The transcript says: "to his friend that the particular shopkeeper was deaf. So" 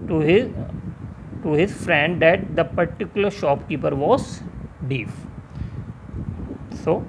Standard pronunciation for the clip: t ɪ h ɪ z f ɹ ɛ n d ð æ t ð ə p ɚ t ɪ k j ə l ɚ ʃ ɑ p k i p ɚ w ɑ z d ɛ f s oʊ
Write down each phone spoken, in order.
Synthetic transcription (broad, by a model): t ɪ h ɪ z f ɹ ɛ n d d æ t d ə p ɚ t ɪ k j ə l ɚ ʃ ɑ p k i p ɚ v ɑ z d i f s oʊ